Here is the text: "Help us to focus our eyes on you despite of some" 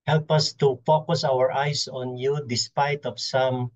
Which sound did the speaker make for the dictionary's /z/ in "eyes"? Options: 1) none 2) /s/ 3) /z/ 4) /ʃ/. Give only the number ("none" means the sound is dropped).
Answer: 2